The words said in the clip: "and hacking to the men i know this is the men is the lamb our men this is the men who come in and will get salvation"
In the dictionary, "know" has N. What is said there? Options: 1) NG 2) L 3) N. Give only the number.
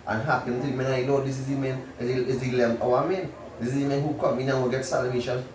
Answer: 2